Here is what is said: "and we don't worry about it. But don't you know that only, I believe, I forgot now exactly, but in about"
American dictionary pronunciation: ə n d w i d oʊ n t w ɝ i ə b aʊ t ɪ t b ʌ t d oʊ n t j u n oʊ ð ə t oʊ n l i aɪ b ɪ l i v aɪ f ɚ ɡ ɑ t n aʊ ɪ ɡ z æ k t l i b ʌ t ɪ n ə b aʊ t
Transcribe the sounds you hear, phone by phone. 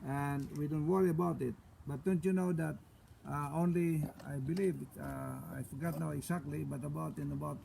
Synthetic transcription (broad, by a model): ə n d w i d oʊ n t w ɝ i ə b aʊ t ɪ t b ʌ t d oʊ n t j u n oʊ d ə t oʊ n l i aɪ b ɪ l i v aɪ f ɚ ɡ ɑ t n aʊ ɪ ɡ s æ k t l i b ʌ t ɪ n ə b aʊ t